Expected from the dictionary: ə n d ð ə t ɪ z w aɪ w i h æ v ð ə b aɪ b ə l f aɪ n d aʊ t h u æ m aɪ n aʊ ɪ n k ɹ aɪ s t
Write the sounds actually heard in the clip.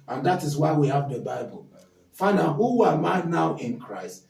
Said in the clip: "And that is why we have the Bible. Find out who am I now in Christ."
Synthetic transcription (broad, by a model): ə n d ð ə t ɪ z w aɪ w i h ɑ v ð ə b aɪ b ə l f aɪ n aʊ h u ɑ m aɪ n aʊ ɪ n k ɹ aɪ s t